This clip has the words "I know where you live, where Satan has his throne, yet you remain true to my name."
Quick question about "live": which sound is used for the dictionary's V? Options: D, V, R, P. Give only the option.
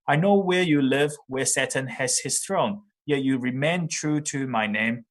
V